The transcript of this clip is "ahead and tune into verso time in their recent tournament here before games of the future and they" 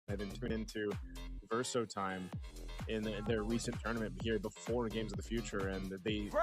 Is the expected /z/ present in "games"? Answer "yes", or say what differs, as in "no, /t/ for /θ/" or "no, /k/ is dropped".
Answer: yes